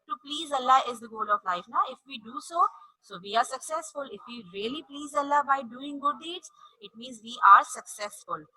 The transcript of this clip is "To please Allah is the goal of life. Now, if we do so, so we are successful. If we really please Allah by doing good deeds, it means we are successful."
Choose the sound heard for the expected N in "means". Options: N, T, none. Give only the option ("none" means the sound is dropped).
N